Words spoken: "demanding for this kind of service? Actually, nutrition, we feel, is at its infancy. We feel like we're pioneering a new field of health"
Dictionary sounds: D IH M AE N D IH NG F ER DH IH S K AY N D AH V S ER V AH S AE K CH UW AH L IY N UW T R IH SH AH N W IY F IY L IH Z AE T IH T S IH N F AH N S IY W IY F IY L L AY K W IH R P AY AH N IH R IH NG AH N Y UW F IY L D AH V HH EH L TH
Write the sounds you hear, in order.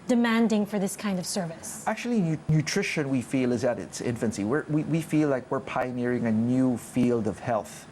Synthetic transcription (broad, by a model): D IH M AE N D IH NG F ER DH IH S K AY N D AH V S ER V AH S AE K CH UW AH N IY N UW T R IH SH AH N W IY F IY L IH Z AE T IH T S IH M F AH N S IY W IY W IY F L AY K W IH R P AY AH N IH R IH NG AH N Y UW F IY L D AH V HH EH L TH